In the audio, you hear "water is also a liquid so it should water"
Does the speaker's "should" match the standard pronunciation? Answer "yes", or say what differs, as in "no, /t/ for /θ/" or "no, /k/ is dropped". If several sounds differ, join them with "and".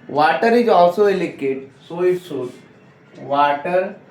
no, /s/ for /ʃ/